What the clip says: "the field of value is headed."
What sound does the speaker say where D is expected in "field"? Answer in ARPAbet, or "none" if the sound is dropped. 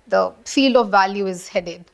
none